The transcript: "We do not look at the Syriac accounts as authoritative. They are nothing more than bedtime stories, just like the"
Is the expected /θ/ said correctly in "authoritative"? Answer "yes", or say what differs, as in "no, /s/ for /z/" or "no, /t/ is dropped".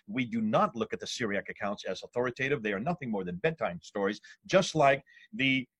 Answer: yes